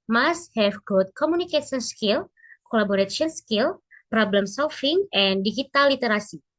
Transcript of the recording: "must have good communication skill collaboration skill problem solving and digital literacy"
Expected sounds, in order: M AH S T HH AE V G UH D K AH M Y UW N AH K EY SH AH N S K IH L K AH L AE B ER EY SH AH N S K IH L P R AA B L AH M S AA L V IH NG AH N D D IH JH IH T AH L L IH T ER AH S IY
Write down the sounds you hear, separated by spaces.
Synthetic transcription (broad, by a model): M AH S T HH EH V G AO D K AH M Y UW N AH K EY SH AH N S K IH L K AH L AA B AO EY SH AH N S K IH L P R AA B L AH M S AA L F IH NG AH N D D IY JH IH T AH L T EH T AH S IY